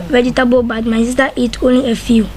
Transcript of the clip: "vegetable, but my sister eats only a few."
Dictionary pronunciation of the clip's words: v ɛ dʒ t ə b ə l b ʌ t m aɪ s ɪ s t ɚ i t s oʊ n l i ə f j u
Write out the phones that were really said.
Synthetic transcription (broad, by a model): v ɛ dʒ t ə b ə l b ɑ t m aɪ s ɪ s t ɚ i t oʊ n l i ə f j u